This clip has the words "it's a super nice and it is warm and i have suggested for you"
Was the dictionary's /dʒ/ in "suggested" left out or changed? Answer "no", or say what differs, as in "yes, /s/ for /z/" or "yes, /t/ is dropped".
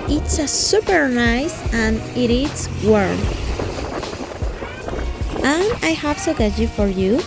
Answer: yes, /dʒ/ is dropped